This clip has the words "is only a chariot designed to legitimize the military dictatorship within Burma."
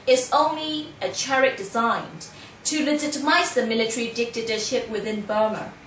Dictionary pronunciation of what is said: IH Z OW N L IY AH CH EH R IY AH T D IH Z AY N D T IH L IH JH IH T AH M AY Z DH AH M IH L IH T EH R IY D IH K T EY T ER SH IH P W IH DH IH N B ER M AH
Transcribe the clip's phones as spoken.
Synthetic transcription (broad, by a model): IH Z OW N L IY AH CH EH R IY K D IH Z AY N T IH L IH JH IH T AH M AY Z DH AH M IH L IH T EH R IY D IH K T EY T ER SH IH P W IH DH IH N B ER M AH